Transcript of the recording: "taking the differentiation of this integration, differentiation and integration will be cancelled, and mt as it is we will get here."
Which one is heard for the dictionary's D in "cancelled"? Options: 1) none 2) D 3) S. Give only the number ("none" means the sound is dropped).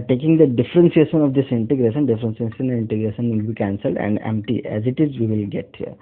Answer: 2